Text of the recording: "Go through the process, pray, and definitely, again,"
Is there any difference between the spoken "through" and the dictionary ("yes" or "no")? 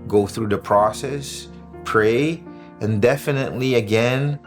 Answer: no